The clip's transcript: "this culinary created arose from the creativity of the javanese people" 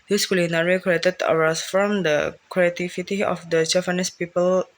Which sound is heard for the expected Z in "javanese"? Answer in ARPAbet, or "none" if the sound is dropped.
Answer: S